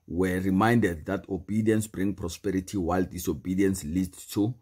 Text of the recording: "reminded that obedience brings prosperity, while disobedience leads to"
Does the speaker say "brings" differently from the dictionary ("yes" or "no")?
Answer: yes